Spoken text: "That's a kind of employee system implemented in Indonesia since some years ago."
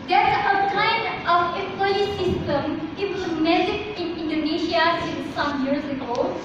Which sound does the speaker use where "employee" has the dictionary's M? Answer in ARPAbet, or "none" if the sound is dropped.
none